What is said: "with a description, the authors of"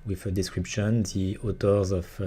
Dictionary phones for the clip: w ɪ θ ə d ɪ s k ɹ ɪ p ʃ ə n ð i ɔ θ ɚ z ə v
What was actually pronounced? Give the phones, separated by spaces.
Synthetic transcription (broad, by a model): w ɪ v ə d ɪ s k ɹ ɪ p ʃ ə n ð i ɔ t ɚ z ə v